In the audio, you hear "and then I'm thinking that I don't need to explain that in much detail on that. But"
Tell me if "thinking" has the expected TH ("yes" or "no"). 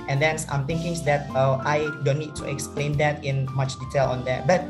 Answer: no